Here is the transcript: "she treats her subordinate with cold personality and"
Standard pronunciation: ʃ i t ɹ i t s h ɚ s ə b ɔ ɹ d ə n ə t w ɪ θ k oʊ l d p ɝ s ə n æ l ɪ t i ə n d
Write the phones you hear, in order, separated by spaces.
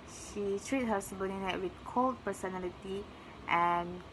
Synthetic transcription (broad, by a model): ʃ i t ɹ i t h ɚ s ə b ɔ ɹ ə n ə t w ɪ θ k oʊ l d p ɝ s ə n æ l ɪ t i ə n